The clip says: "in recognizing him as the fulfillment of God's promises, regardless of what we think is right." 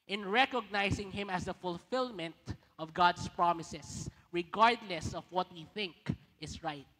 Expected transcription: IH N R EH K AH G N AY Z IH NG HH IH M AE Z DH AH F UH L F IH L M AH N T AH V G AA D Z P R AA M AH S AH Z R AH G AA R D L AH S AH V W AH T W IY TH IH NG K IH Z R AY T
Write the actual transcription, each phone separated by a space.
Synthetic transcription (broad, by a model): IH N R EH K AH G N AY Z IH NG HH IH M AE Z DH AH F UH L F IH L M AH N T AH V G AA D S P R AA M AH S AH S R AH G AA R D L AH S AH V W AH T W IY TH IH NG K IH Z R AY T